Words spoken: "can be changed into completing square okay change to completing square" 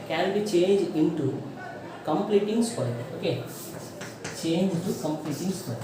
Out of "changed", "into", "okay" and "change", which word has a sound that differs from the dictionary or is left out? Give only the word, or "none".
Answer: changed